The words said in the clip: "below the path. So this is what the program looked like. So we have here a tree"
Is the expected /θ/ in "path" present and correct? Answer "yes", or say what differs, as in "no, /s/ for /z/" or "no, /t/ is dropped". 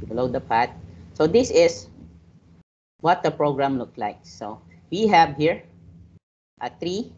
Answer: no, /t/ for /θ/